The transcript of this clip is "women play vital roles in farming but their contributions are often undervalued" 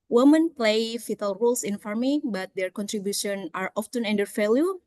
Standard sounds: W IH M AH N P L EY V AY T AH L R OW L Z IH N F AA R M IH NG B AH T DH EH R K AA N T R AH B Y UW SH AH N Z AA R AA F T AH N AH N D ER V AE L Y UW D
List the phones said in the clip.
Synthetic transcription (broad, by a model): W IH M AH N P L EY F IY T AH L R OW L S IH N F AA R M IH B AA T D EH R K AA N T R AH B Y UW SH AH N AA R AA F T AH N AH N D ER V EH L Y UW